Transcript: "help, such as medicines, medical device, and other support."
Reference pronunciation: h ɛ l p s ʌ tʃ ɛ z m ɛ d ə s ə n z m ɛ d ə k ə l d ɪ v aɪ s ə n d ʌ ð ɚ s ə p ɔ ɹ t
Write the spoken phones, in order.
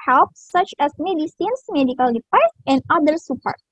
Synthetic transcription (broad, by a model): h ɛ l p s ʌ tʃ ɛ s m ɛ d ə s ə n s m ɛ d ə k ə l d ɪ p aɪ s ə n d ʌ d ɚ s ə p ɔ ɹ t